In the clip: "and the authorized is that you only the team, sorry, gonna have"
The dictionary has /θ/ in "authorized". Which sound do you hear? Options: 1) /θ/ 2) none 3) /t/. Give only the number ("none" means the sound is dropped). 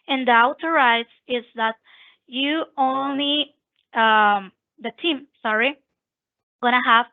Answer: 3